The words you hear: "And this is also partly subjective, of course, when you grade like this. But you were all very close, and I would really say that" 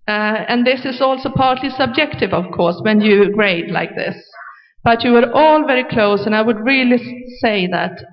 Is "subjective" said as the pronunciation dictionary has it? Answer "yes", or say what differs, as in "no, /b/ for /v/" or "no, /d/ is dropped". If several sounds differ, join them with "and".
yes